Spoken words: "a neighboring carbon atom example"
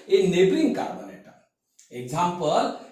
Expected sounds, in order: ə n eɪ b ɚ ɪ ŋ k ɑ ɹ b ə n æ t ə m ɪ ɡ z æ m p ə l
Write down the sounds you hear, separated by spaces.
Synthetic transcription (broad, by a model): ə n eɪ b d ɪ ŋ k ɑ ɹ b ə n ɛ t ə ɪ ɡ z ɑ m p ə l